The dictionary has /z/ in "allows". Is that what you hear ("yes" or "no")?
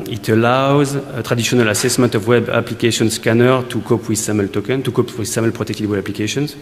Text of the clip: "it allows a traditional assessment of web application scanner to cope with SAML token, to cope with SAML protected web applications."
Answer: yes